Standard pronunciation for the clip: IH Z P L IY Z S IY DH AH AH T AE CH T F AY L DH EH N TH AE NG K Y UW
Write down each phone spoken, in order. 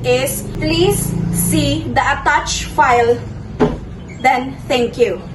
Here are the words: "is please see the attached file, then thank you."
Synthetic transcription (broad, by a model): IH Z P L IY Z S IY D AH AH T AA CH F AY L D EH N T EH NG K Y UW